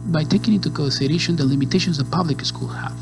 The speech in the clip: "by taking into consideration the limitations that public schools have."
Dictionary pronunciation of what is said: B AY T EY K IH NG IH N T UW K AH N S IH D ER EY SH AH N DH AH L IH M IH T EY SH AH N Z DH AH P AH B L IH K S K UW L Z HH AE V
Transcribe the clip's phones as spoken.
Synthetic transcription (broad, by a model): B AY T EY K IH NG IH N T UW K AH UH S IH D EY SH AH N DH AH L IH M IH T EY SH AH N Z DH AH P AH B L IH K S K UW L HH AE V